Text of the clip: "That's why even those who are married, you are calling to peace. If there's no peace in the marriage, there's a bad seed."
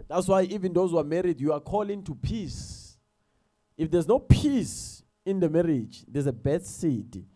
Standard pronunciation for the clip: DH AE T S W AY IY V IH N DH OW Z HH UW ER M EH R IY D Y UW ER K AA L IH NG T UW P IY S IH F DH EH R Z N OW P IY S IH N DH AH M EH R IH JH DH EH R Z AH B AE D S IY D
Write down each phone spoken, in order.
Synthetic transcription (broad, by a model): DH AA T S W AY IY V IH N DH OW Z HH UW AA M EH R IY D Y UW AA K AA L IH NG T UW P IY S IH F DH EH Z N OW P IY S IH N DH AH M EH R IH JH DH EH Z AH B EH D S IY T